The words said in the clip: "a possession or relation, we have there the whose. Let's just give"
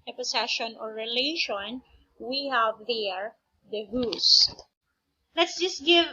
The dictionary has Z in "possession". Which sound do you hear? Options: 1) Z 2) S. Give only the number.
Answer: 2